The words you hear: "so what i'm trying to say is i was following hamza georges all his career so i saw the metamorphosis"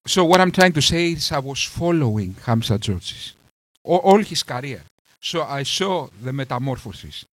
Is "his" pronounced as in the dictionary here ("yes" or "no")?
no